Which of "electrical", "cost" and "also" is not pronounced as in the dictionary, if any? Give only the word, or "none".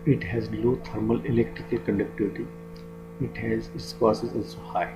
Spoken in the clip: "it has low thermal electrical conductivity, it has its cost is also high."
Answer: cost